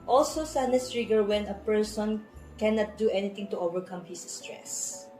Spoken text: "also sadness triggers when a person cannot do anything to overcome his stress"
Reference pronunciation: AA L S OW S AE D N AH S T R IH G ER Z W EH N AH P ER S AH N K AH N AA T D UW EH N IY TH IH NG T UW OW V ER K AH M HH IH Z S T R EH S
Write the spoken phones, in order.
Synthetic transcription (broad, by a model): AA L S OW S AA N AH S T R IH G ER W EH N AH P ER S AH N K AH N AA T D UW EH N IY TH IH NG T UW OW V ER K AH M HH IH S T R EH S